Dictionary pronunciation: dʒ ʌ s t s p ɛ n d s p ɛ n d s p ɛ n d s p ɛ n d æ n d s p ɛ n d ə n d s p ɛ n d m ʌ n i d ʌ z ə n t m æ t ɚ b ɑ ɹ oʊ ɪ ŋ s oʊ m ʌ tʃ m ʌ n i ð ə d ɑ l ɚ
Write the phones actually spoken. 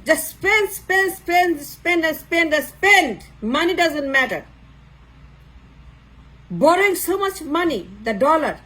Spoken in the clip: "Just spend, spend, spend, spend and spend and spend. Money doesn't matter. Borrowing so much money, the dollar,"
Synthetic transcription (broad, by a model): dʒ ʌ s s p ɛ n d s p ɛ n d s p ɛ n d s p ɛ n n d s p ɛ n d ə s p ɛ n d m ʌ n i d ʌ z ə n t m æ t ɚ b ɑ ɹ oʊ ɪ ŋ s oʊ m ʌ tʃ m ʌ n i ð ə d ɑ l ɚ